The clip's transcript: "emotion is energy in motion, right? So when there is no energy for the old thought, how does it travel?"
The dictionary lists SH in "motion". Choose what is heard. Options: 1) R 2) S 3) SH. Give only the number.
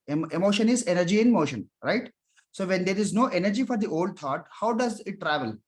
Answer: 3